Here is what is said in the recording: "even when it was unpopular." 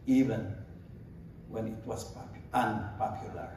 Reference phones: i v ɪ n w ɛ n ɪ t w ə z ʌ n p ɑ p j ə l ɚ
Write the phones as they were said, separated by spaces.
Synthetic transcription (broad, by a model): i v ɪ n w ɛ n ɪ t w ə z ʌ n p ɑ p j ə l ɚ